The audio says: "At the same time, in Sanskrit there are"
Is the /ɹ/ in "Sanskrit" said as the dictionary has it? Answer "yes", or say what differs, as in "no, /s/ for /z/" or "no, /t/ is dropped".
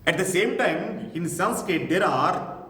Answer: no, /ɹ/ is dropped